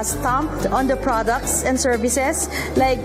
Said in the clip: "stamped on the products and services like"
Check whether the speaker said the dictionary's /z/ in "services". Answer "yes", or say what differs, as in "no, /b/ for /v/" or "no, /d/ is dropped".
no, /s/ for /z/